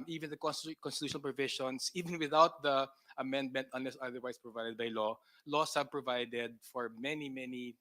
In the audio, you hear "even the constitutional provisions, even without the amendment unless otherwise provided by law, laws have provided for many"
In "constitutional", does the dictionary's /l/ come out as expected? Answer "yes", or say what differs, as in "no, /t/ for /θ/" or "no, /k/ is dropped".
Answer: no, /n/ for /l/